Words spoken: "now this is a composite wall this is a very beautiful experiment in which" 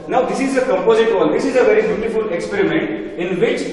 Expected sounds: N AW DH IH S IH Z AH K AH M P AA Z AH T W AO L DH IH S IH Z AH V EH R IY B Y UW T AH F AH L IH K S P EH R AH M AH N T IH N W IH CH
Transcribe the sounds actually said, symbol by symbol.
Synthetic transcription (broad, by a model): N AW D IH S IH Z AH K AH M P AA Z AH T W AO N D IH S IH Z AH V EH R IY B Y UW T AH F AH L IH K S P EH R AH M AH N T IH N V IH CH